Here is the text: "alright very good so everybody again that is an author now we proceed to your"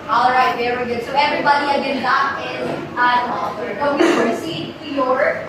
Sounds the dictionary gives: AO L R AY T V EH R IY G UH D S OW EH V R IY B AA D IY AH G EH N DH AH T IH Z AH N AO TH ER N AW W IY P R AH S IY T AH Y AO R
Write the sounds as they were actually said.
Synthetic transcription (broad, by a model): AO L R AY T V EH R IY G UH D S OW EH V R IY B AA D IY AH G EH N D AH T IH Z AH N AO F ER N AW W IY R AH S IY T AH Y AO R